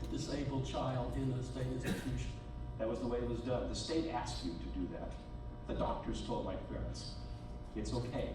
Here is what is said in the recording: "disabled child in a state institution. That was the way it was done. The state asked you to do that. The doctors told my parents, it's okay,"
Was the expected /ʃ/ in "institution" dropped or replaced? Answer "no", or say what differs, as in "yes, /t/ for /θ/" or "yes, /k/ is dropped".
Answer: yes, /ʃ/ is dropped